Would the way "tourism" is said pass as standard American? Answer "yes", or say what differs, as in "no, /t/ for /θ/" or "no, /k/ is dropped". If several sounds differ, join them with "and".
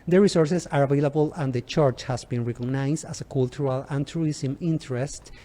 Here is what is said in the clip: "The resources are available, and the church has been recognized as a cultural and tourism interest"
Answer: no, /s/ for /z/